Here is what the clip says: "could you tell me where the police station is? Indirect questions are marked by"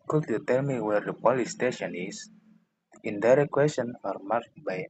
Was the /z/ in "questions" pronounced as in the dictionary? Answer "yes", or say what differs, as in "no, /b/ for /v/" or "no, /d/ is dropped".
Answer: no, /z/ is dropped